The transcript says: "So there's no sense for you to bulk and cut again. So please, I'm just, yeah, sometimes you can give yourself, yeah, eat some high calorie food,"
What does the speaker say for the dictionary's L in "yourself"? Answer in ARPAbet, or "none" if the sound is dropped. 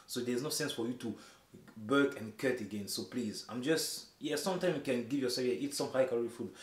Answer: none